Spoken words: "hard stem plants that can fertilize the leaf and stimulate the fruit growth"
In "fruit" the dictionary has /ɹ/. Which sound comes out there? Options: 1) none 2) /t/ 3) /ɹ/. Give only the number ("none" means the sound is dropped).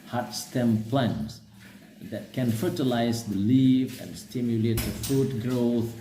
1